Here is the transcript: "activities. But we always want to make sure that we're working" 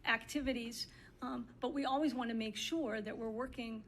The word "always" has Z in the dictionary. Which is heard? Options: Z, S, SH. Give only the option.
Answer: Z